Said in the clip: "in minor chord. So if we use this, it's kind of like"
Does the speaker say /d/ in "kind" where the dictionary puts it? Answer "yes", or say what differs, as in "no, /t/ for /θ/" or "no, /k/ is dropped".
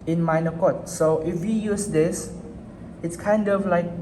yes